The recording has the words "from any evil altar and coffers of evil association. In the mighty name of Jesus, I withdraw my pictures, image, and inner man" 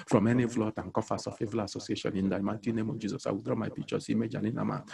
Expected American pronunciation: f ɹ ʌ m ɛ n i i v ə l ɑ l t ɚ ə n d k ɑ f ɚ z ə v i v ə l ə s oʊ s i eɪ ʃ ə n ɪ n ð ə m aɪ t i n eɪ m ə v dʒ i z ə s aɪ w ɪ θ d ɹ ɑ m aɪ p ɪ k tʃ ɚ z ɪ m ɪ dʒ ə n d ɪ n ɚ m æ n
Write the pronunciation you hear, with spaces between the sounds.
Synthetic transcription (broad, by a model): f ɹ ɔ m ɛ n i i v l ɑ t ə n k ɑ f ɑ s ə f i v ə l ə s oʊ s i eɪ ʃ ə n ɪ n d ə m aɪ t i n eɪ m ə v dʒ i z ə s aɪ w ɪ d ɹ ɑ m aɪ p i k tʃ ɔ s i m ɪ dʒ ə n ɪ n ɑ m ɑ